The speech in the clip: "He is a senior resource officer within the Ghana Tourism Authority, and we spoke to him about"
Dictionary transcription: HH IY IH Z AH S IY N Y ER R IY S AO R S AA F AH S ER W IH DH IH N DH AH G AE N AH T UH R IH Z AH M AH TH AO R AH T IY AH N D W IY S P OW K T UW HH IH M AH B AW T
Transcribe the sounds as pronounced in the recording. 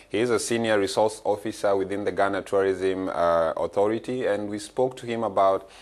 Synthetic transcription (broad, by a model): HH IY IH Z AH S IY N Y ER R IY S AO R S AA F AH S ER W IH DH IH N DH AH G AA N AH T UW R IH Z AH M AH TH AO R AH T IY AH N D W IY S P OW K T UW HH IH M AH B AW T